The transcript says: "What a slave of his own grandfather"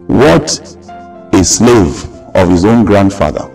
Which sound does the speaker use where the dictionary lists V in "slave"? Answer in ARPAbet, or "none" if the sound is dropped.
V